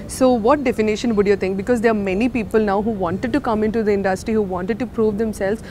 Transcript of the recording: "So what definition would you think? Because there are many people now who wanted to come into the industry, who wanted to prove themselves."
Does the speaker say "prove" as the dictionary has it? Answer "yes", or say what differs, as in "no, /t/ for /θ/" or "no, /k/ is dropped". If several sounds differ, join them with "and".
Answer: yes